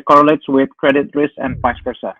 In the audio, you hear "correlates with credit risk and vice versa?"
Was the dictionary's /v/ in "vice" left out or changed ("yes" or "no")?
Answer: yes